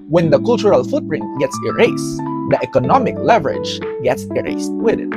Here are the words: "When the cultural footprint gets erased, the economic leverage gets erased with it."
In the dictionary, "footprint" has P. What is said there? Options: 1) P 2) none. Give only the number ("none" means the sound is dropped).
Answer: 2